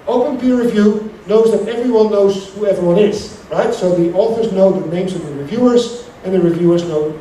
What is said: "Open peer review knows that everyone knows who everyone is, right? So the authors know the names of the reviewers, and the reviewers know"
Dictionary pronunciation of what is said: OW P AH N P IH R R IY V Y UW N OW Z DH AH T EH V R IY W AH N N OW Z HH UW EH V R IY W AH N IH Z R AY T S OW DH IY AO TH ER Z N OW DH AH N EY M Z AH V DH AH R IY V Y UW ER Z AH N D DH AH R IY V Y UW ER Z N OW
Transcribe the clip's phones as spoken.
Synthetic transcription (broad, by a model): OW P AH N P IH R R IY V Y UW N OW Z DH AH T EH V R IY W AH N N OW Z HH UW EH V R W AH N IH Z R AY T S OW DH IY AO TH ER Z N OW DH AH N EY M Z AH V DH AH R IY V Y UW ER Z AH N DH AH R IY V Y UW ER Z N OW